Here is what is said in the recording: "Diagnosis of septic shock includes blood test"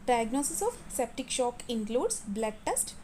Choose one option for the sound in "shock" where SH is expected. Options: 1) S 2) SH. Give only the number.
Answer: 2